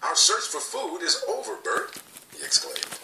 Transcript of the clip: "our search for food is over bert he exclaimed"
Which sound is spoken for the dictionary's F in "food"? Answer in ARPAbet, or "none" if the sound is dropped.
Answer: F